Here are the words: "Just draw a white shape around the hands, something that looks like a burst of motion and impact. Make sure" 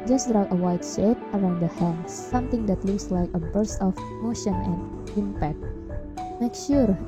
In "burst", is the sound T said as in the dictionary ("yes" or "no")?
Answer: no